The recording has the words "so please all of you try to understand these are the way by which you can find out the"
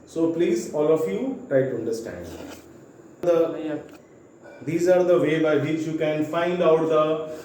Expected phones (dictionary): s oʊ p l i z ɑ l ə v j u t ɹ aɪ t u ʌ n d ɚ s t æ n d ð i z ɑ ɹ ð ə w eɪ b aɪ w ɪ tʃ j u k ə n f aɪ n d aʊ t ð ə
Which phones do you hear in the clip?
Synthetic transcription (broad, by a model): s oʊ p l i z ɑ l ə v j u t ɹ aɪ t u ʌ n d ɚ s t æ n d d i z ɑ ɹ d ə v eɪ b aɪ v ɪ tʃ j u k ə n f aɪ n d aʊ t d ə